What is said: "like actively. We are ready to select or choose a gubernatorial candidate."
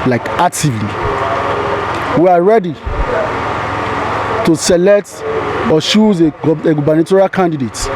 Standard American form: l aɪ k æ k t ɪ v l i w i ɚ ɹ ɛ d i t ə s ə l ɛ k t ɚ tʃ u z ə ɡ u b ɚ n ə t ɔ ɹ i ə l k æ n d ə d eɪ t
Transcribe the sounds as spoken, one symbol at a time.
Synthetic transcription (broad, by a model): l aɪ k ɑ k t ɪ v l i w i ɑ ɹ ɛ d i t ə s ə l ɛ k t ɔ ʃ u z ə ɡ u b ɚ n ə t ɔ ɹ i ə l k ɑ n d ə d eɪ t